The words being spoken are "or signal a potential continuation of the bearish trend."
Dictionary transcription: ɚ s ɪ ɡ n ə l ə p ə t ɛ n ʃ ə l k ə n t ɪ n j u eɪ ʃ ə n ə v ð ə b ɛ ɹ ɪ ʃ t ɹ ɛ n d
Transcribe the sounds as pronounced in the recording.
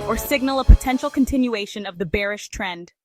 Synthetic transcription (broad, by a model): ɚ s ɪ ɡ n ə l ə p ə t ɛ n ʃ l k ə n t ɪ n j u eɪ ʃ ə n ə v ð ə b ɛ ɹ ɪ ʃ t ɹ ɛ n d